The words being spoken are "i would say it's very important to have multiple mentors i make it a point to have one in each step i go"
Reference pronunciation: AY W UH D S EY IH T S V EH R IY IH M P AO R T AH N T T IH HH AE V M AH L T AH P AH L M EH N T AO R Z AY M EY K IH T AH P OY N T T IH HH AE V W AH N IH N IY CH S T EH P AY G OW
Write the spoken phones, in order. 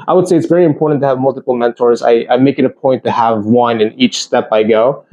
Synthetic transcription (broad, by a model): AY W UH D S EY IH T S V EH R IY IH M P AO R T N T T IH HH V M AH L T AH P L M EH N T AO R Z AY M EY K IH T AH P OY N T T IH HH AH V W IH N IH N IY CH S T EH P AY G OW